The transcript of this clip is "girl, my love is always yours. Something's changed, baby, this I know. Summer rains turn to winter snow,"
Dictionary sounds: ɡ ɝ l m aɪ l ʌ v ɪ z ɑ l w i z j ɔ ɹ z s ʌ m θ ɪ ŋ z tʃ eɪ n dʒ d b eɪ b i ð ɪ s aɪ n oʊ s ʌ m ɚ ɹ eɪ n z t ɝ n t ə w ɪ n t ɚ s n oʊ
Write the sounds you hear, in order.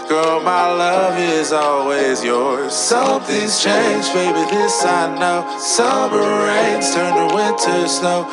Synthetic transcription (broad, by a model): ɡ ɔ m aɪ l ʌ v ɪ z ɑ l w i z j ɔ ɹ z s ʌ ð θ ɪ z tʃ eɪ n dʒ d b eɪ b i ð ɪ s aɪ n oʊ s ʌ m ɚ ɹ eɪ n z t ɝ n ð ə w ɪ n t ɚ s n oʊ